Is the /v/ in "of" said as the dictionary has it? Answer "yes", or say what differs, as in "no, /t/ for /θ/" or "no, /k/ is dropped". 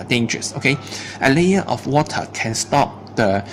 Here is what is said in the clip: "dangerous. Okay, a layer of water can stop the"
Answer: no, /f/ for /v/